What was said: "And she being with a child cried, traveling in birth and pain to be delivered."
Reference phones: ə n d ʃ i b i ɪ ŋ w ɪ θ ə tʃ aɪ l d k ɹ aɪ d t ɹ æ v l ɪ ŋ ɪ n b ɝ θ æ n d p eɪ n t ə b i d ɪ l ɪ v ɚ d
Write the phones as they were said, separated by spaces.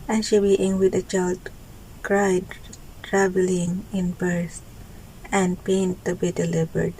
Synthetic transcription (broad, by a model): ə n ʃ i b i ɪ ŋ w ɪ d ə tʃ aɪ l d k ɹ aɪ d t ɹ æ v l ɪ ŋ ɪ n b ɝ s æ n d p eɪ n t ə b i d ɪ l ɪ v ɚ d